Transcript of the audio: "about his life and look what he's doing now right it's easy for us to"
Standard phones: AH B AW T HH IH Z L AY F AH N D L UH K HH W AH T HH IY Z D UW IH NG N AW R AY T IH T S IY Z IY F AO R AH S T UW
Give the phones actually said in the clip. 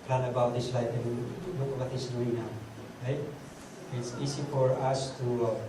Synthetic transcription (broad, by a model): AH B AW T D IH S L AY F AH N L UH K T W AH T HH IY S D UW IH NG N AW R AY T IH T S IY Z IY F AO R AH S T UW